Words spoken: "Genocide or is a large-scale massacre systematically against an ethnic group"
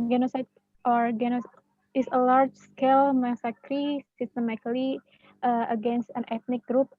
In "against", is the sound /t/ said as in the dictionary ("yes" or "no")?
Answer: yes